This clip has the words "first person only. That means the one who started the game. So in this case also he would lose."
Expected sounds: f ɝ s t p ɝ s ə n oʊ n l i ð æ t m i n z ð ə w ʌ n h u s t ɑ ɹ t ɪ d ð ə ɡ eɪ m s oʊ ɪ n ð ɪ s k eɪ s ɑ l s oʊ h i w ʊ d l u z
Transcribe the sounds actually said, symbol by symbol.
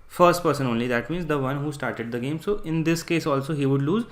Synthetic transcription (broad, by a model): f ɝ s t p ɝ s ə n oʊ n l i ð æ t m i n z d ə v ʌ n h u s t ɑ ɹ t ɪ d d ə ɡ eɪ m s oʊ ɪ n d ɪ s k eɪ s ɑ l s oʊ h i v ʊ d l u z